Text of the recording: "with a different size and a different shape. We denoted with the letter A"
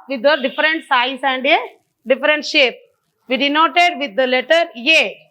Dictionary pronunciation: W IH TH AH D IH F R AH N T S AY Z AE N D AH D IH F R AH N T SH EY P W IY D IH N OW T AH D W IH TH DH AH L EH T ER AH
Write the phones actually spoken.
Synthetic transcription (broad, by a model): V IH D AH D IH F R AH N T S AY S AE N D AH D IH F R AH N T SH EY P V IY D IH N OW T AH D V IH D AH L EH T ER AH